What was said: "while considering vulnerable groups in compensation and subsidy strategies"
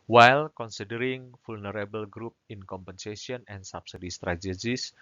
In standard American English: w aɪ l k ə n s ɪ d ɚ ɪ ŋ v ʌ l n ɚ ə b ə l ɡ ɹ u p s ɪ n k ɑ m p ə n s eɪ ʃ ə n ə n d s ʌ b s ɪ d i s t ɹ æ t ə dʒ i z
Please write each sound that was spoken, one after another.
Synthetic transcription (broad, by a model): w aɪ l k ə n s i d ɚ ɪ ŋ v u l n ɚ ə b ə l ɡ ɹ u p ɪ n k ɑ m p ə n s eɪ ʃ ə n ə n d s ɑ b s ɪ d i s t ɹ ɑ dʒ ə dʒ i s